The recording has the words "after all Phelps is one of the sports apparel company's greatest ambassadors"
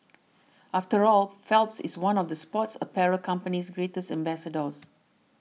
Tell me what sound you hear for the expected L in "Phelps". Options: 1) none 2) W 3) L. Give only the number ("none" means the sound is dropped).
3